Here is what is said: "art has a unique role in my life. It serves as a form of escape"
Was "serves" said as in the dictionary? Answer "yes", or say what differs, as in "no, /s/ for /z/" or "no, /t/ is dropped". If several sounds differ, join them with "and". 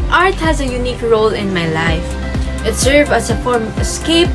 no, /z/ is dropped